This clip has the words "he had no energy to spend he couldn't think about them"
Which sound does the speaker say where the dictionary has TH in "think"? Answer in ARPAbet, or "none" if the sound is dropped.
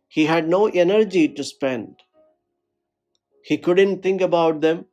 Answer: T